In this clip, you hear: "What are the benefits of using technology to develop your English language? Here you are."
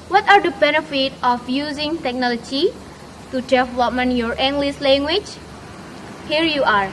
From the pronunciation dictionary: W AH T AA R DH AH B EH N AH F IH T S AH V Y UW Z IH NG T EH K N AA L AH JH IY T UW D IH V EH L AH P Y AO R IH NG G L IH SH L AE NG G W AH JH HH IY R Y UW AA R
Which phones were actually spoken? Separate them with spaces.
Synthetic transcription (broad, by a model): W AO T AA R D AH B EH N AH F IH T AH F Y UW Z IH NG T EH K N AA L AH JH IY T UW D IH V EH L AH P Y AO R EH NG G L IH S L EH NG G W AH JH HH IY R Y UW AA R